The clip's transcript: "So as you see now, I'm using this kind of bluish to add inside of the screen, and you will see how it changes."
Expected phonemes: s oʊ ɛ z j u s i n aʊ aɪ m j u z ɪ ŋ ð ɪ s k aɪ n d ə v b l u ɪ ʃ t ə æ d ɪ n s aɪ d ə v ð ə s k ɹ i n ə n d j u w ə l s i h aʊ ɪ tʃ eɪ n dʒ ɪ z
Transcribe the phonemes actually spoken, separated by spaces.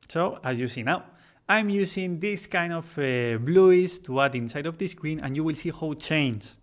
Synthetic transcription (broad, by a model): s oʊ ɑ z j u s i n aʊ aɪ m j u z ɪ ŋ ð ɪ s k aɪ n d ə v b l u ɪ s t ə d ɪ n s aɪ d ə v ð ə s k ɹ i n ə n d j u w ə l s i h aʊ ɪ tʃ eɪ n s